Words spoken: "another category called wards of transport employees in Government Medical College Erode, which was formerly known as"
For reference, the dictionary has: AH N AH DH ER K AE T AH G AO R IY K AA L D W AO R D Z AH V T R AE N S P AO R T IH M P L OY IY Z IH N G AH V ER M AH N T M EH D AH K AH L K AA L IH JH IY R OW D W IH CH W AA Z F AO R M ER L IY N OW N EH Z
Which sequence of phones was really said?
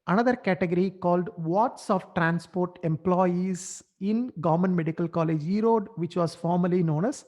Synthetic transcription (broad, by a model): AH N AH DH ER K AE T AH G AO R IY K AA L D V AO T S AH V T R AE N S P AO R T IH M P L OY IY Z IH N G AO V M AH N M EH D AH K AH L K AA L IH JH IY R OW D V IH CH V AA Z F AO R M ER L IY N OW N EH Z